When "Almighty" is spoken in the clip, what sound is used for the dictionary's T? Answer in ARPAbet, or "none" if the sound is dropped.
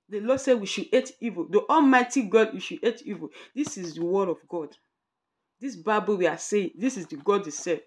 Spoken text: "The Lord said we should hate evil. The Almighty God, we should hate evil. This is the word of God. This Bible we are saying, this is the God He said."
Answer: T